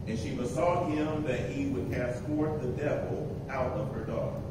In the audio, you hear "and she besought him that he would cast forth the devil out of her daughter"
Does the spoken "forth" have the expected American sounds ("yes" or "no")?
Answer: no